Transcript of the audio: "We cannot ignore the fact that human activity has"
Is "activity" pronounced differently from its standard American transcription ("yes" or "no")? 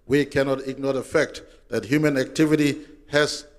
no